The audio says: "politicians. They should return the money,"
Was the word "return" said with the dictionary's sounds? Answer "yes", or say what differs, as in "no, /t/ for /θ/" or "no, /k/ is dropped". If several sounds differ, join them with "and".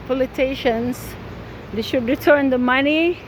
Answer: yes